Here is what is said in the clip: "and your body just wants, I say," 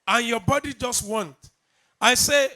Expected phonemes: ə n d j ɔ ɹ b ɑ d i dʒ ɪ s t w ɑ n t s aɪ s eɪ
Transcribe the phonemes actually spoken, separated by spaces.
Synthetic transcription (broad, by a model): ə n j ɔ b ɑ d i dʒ ɪ s t w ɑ n t aɪ s eɪ